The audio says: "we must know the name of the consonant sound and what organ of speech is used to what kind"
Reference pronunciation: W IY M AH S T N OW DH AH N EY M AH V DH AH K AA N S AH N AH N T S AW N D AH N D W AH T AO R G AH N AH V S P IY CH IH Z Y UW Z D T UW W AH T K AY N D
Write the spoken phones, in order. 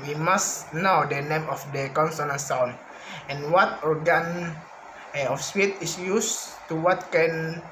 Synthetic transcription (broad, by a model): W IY M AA S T N OW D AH N EY M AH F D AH K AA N S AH N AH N S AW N AH N W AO T AO R G AH N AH F S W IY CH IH S Y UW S T UW W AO T K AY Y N